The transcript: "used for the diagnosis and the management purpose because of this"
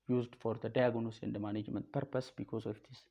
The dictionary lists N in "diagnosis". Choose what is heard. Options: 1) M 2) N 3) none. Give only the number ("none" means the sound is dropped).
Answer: 3